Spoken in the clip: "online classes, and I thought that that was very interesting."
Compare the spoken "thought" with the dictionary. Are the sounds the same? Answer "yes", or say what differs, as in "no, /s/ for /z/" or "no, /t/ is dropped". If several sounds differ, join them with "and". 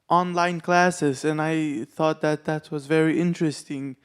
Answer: yes